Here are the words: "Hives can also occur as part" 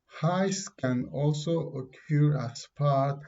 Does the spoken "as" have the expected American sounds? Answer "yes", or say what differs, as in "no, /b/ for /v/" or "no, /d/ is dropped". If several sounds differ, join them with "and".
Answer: no, /s/ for /z/